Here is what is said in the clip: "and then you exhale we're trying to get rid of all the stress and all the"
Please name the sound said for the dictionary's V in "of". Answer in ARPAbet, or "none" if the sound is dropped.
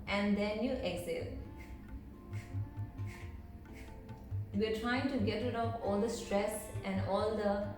P